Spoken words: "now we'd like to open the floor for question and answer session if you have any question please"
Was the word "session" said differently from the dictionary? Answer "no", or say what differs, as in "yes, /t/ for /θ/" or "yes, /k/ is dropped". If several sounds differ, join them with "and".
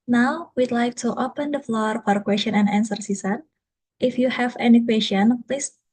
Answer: yes, /s/ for /ʃ/